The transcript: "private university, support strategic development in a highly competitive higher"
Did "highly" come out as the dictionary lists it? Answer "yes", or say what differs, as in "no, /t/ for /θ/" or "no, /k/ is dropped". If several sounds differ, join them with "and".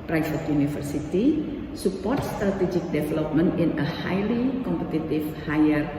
yes